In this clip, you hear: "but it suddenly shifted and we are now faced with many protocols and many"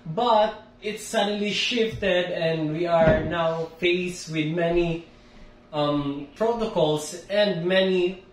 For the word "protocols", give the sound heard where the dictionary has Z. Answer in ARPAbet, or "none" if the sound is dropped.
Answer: S